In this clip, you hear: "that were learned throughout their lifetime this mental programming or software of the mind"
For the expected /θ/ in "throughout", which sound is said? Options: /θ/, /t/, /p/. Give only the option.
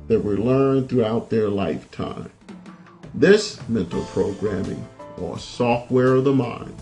/θ/